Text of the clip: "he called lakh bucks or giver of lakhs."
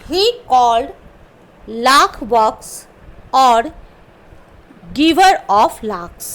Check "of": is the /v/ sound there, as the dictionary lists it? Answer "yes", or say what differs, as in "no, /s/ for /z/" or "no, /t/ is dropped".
no, /p/ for /v/